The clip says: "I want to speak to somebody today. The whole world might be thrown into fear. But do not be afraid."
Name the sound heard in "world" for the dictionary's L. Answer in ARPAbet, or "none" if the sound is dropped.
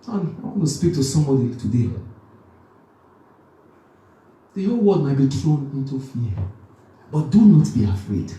none